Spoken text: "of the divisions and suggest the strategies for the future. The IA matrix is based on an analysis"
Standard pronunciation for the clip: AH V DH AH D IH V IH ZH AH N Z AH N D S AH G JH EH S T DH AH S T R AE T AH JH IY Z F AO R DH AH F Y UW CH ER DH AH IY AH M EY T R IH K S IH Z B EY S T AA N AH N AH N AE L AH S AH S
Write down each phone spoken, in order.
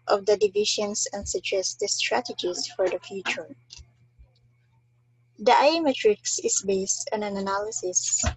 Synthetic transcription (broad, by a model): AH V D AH D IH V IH SH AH N S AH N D S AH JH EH S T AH S T R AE T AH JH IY S F AO R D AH F Y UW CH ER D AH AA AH M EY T R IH K S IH S B EY S T AA N AH N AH N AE L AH S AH S